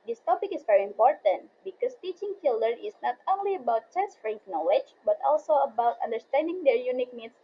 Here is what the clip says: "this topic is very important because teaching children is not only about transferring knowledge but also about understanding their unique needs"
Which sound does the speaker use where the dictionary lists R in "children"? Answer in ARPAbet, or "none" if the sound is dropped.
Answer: none